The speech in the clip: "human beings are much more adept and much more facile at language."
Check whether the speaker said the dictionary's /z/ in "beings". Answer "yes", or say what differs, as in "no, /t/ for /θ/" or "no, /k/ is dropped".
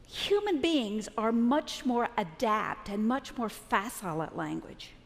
yes